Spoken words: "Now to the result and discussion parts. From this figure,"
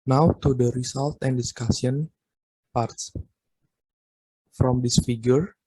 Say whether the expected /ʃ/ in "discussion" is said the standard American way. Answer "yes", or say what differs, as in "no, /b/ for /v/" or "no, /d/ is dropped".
no, /s/ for /ʃ/